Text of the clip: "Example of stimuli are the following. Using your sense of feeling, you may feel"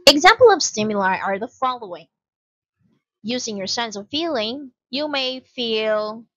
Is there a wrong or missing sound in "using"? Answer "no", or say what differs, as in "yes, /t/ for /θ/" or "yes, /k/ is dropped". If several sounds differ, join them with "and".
no